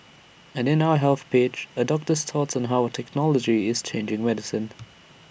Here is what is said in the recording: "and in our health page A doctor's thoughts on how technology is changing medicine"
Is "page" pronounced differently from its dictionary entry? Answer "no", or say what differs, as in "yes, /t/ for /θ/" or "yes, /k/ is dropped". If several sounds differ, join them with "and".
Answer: yes, /tʃ/ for /dʒ/